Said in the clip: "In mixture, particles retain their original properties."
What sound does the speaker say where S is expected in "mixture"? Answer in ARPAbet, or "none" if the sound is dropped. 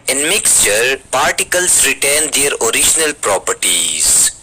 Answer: S